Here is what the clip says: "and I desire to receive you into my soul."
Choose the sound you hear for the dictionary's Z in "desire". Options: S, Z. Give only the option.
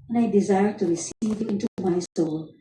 Z